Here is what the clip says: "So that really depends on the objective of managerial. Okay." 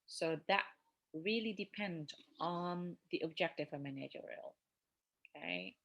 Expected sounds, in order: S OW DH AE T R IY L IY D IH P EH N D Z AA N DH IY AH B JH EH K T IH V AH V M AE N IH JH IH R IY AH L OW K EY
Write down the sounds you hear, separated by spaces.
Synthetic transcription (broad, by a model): S OW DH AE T R IY L IY D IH P EH N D AA N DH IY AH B JH EH K T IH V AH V M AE N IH JH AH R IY L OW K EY